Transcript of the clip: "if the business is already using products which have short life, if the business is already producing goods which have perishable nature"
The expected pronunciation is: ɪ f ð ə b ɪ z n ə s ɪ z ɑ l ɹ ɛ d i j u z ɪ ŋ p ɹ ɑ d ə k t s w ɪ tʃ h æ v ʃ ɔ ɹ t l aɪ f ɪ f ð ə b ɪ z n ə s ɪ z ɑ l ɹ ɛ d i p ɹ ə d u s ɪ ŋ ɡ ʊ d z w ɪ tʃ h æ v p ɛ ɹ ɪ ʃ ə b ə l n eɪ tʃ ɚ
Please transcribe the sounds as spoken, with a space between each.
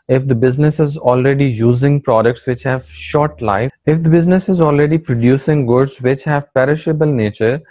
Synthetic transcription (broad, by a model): ɪ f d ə b ɪ z n ə s ɪ z ɑ l ɹ ɛ d i j u z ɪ ŋ p ɹ ɑ d ə k t s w ɪ tʃ h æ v ʃ ɔ ɹ t l aɪ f ɪ f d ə b ɪ z n ə s ɪ z ɑ l ɹ ɛ d i p ɹ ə d u s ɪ ŋ ɡ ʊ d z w ɪ tʃ h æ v p ɛ ɹ ɪ ʃ ə b ə l n eɪ tʃ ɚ